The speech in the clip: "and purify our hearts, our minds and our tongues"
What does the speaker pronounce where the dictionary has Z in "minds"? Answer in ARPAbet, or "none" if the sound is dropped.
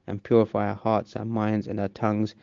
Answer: Z